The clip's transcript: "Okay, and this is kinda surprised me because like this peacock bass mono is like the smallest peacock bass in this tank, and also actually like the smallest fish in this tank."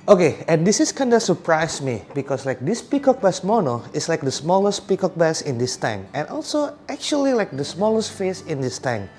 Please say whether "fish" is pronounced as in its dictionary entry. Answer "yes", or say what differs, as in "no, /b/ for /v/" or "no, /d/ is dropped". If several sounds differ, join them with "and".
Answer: no, /s/ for /ʃ/